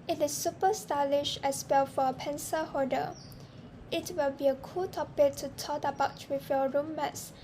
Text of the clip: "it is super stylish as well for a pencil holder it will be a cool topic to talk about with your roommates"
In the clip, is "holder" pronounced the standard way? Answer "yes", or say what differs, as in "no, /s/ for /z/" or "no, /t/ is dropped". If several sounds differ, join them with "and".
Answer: no, /l/ is dropped